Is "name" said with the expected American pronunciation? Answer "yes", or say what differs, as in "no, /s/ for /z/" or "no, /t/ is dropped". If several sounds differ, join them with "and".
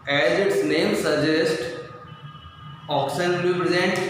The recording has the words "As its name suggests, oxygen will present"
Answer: yes